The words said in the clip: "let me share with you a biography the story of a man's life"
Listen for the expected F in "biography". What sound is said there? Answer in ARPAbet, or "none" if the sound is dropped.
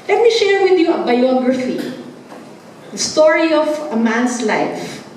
F